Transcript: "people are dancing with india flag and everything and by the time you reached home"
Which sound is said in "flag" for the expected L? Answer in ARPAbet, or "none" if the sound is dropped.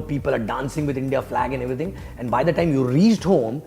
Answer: L